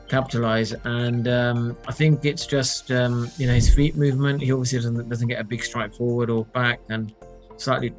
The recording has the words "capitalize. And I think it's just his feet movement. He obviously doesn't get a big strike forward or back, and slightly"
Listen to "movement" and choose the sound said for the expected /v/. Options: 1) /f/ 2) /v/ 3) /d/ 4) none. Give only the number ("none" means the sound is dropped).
2